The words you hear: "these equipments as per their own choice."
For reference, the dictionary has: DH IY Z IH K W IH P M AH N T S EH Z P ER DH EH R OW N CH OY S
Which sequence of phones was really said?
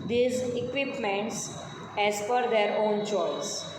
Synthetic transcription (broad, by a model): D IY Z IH K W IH P M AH N T S EH Z F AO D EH R OW N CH OY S